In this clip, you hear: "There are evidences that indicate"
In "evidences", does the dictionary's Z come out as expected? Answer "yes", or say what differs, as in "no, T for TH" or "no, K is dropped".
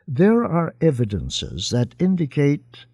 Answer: yes